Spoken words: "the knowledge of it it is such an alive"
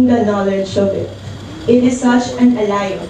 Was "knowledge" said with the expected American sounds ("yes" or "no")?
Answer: no